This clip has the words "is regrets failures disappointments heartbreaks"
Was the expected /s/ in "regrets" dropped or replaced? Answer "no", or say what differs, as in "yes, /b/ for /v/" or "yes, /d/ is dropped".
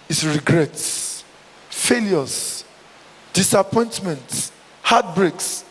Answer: no